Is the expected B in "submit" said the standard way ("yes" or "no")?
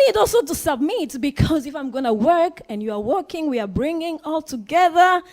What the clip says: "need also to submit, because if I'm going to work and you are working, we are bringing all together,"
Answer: yes